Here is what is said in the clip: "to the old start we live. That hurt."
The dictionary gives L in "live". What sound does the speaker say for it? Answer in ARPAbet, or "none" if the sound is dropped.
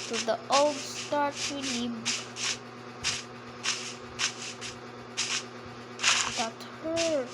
N